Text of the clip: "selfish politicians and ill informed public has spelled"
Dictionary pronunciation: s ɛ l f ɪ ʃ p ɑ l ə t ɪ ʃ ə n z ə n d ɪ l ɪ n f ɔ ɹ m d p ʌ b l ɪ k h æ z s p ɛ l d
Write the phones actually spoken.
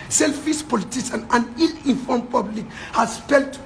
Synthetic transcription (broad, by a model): s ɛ l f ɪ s p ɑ l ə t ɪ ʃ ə n ə n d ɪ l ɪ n f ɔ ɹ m p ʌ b l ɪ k h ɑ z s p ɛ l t